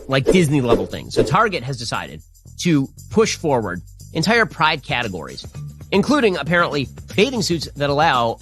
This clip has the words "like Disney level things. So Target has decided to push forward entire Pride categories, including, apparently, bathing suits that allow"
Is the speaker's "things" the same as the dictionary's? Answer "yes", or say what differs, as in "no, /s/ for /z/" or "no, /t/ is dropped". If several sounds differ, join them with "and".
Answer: yes